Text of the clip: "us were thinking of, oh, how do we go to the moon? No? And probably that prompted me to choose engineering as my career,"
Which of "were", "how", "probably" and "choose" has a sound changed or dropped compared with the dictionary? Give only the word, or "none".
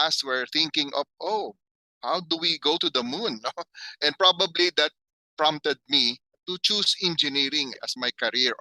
choose